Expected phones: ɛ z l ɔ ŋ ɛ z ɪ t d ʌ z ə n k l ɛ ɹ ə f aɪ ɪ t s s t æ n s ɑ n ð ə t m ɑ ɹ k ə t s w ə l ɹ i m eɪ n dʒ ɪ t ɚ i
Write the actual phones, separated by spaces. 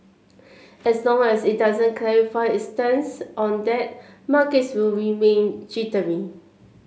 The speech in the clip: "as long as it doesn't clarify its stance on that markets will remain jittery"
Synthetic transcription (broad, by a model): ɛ s l ɔ ŋ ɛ s ɪ t d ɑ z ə n k l ɛ ɹ ə f aɪ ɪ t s s t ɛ n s ɑ n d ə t m ɑ k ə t s w ə l ɹ i m eɪ n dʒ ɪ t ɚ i